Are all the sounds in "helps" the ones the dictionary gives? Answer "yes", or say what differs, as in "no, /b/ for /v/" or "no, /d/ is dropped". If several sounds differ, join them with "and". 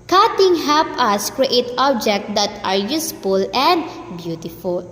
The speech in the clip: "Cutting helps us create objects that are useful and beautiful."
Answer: no, /s/ is dropped